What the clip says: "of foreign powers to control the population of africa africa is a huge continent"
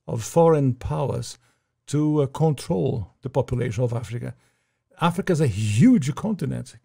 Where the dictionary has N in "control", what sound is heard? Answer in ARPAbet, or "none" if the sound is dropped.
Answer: N